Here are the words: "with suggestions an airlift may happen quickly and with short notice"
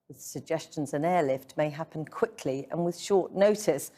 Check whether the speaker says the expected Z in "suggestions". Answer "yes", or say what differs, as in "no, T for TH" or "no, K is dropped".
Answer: yes